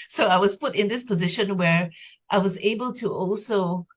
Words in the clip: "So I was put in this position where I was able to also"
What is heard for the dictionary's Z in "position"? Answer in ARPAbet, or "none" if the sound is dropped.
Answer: Z